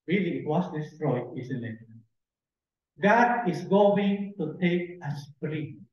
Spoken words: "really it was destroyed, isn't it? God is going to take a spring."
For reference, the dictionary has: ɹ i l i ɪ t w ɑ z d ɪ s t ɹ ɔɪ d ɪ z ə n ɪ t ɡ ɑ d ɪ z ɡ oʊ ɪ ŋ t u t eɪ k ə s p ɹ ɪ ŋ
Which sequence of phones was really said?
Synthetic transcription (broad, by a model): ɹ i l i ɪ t w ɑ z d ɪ s t ɹ ɔɪ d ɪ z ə l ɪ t ɡ ɑ d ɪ s ɡ oʊ ɪ ŋ t u t eɪ k ə s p ɹ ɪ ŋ